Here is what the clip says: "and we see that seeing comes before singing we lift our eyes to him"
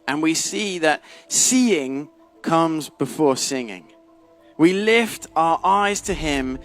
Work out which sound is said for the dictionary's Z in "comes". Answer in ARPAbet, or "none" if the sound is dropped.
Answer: Z